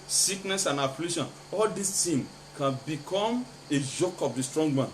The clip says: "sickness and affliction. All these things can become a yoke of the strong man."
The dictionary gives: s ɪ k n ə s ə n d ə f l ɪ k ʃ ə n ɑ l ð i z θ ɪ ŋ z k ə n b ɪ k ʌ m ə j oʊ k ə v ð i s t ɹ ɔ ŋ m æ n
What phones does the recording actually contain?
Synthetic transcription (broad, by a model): s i k n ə s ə n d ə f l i ʃ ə n ɑ l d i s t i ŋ k ə n b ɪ k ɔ m ə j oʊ k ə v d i s t ɹ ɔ ŋ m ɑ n